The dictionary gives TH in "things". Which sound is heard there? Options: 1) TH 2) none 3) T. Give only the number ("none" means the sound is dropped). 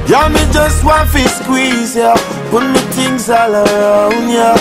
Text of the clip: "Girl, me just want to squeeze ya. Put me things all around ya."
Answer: 3